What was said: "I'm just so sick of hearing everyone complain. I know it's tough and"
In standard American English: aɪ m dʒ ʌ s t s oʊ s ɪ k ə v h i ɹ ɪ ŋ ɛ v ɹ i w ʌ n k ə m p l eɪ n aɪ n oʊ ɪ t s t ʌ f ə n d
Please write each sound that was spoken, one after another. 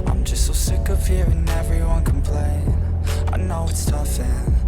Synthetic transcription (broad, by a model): aɪ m dʒ ʌ s t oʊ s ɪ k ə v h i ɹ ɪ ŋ ɛ v ɹ i w ʌ n k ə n p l eɪ aɪ n oʊ ɪ t s t ʌ f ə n